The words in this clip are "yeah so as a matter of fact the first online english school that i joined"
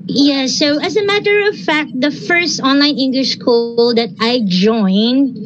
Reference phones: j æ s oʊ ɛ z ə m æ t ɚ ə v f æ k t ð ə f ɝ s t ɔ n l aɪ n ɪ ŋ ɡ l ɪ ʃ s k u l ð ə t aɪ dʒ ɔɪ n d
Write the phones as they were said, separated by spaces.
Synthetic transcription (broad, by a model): j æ s oʊ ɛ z ə m æ t ɚ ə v f æ k t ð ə f ɝ s t ɔ n l aɪ n ɪ ŋ ɡ l ɪ ʃ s k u l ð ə t aɪ dʒ ɔɪ n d